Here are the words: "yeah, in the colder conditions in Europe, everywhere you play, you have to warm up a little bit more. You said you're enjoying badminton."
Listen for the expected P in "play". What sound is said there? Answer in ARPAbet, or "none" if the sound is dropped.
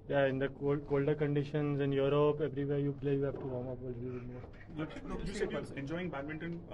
B